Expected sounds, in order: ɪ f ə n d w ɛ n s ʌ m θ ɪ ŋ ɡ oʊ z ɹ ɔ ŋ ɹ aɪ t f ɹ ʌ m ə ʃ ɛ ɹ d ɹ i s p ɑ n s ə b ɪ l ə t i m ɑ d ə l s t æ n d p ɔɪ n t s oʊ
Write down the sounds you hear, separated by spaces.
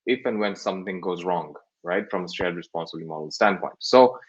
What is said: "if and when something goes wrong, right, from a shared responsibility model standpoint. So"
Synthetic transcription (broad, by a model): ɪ f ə n w ɛ n s ʌ m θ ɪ ŋ ɡ oʊ z ɹ ɔ ŋ ɹ aɪ t f ɹ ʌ m ə s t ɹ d ɹ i s p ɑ n s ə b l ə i m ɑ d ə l s t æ n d p ɔɪ n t s oʊ